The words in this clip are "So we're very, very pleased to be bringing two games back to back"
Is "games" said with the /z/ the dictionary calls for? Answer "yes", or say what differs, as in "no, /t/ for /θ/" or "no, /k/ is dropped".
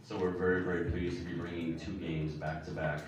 yes